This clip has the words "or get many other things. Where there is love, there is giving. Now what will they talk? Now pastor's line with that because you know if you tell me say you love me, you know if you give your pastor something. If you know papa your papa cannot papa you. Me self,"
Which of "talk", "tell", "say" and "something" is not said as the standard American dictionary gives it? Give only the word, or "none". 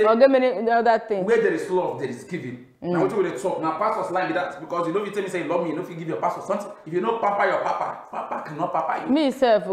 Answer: something